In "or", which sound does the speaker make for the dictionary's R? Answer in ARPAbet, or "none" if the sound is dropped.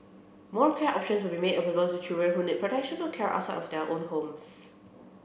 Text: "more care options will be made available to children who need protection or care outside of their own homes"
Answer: L